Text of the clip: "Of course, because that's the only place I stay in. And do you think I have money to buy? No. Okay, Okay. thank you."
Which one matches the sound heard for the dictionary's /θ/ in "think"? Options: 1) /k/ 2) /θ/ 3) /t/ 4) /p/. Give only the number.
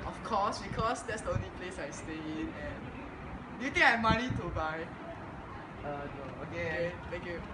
3